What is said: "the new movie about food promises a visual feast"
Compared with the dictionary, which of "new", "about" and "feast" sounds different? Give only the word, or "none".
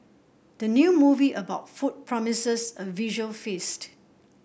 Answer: none